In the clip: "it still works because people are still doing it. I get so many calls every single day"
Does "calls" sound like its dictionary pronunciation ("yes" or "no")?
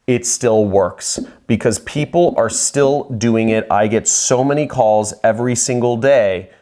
yes